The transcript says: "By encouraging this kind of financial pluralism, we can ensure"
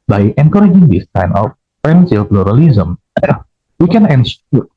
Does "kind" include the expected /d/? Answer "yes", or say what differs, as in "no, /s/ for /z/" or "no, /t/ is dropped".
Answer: no, /d/ is dropped